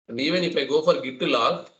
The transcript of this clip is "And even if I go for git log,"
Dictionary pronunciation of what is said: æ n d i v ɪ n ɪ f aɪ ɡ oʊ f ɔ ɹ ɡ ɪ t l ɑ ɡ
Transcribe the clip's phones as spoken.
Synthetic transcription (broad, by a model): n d i v ɪ n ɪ p aɪ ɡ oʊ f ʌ ɹ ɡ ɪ t l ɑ